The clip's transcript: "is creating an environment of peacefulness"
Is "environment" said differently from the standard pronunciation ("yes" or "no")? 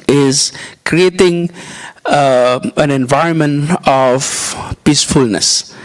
no